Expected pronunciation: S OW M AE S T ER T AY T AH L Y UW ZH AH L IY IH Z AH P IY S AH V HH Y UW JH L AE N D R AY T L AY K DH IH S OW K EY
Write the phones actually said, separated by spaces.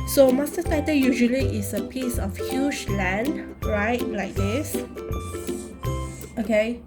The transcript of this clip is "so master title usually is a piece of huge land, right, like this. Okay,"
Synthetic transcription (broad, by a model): S OW M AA S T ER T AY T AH Y UW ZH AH L IY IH S AH P IY S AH F HH Y UW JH L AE N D R AY T L AY K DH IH S OW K EY